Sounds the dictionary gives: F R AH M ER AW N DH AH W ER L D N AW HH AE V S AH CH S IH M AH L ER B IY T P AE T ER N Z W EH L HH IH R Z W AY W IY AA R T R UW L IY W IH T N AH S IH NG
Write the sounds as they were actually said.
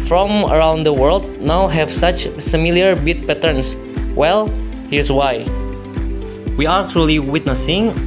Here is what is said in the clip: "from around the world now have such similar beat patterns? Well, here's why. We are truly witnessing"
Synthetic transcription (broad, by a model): F R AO M ER AW N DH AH W ER L D N AW HH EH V S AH CH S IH M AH L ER B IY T P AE T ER N S W EH L HH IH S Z W AY W IY AA R T R UW L IY W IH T N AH S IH NG